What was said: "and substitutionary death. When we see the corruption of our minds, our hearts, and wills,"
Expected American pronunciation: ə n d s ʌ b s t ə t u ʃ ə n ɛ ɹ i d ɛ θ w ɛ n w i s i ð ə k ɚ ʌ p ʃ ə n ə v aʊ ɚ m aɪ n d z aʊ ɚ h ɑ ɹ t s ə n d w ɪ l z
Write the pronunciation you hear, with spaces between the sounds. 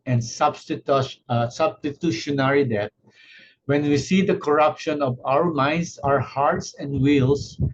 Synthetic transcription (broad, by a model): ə n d s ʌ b s t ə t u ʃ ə n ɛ ɹ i d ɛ t w ɛ n w i s i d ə k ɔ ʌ p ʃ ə n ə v aʊ ɚ m aɪ n d s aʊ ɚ h ɑ ɹ t s ə n d w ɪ l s